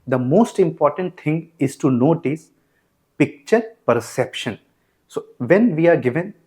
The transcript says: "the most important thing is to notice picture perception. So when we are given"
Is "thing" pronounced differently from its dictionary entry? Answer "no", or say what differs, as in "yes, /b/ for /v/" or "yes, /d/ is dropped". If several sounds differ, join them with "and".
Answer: yes, /t/ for /θ/